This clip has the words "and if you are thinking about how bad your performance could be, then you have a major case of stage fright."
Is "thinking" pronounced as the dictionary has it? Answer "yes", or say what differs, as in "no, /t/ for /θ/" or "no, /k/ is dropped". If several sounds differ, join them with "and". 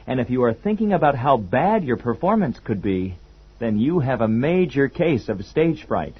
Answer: yes